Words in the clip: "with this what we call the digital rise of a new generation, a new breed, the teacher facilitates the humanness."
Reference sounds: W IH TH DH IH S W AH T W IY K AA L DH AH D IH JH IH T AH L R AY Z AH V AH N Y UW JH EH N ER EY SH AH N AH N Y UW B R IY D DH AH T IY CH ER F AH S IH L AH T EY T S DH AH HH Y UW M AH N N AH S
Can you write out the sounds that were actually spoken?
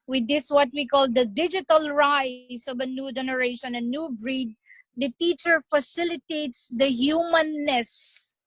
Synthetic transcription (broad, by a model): W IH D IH S W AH T W IY K AA L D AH D IH JH IH T AH L R AY S AH V AH N Y UW JH EH N ER EY SH AH N AH N Y UW B R IY D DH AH T IY CH ER F AH S IH L AH T EY T S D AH HH Y UW M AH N N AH S